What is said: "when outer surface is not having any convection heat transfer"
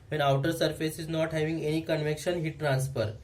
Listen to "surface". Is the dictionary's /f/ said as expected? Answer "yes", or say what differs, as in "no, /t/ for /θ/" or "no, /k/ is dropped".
yes